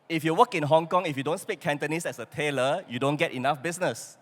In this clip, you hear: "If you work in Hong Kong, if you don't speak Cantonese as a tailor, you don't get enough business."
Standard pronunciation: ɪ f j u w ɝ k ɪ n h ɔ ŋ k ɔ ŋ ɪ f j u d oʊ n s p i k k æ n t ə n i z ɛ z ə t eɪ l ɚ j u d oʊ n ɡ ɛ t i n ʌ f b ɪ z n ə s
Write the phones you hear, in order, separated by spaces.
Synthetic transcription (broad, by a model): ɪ f j u w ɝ k ɪ n h ɔ ŋ k ɔ ŋ ɪ f j u d oʊ n s p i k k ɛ n t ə n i s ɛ s ə t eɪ l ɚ j u d oʊ n ɡ ɛ t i n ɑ f b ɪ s n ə s